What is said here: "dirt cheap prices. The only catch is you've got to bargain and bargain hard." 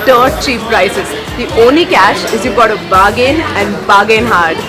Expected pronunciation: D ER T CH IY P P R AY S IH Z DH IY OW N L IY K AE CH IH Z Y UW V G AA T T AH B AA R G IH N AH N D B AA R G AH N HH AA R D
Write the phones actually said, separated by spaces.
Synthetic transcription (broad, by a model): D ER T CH IY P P R AY S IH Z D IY OW N L IY K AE SH IH Z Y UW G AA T T AH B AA G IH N AH N D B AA G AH N HH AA R D